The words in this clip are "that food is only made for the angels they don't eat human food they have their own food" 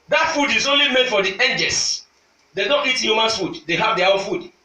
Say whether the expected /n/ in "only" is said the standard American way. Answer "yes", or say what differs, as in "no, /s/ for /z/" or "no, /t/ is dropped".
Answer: yes